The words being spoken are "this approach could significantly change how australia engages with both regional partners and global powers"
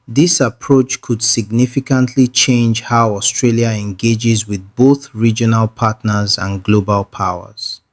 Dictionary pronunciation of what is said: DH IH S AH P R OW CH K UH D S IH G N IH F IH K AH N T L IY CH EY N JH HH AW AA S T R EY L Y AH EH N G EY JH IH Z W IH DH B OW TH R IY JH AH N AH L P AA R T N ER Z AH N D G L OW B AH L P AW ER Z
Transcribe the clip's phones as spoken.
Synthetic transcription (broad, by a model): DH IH S AH P R OW CH K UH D S IH G N IH F IH K AH N T L IY CH EY N JH HH AW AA S T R EY L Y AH EH N G EY JH IH Z W IH DH B OW TH R IY JH AH N AH L P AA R T N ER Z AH N G L OW B AH L P AW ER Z